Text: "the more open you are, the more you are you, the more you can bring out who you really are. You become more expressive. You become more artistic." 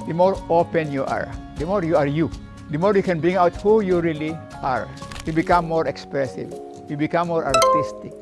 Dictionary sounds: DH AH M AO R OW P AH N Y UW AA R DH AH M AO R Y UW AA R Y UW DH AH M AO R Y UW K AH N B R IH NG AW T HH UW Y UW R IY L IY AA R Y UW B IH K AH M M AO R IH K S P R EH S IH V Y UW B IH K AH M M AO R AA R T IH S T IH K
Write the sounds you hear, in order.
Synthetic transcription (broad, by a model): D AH M AO R OW P AH N Y UW AA R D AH M AO R Y UW AA R Y UW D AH M AO R Y UW K AH N B R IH NG AW T HH UW Y UW R IY L IY AA R Y UW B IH K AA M M AO R IH K S P R EH S IH V Y UW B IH K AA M M AO R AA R T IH S T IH K